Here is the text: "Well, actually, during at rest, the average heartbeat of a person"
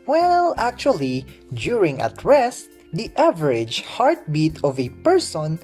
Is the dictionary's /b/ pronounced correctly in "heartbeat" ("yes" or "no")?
yes